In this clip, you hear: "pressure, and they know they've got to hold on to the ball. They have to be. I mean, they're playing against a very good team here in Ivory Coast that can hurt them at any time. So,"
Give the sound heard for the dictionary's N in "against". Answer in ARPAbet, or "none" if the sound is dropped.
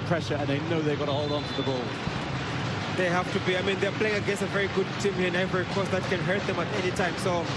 none